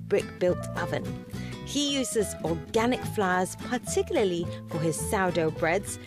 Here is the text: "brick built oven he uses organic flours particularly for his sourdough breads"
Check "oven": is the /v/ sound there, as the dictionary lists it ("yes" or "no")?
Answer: yes